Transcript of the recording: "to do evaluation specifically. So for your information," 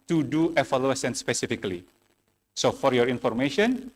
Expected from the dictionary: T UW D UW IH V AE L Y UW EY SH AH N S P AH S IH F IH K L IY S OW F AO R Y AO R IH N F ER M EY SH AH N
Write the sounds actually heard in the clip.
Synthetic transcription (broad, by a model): T UW D UW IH F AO L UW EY S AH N S P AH S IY F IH K L IY S OW F AO R Y AO R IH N F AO M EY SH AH N